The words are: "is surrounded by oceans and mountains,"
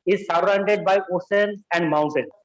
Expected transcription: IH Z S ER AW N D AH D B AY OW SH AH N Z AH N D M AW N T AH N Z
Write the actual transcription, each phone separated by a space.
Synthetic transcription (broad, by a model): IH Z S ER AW N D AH D B AY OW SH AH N AH N D M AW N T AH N